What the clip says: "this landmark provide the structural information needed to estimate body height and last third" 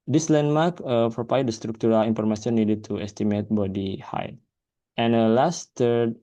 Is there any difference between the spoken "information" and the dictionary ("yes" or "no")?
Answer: yes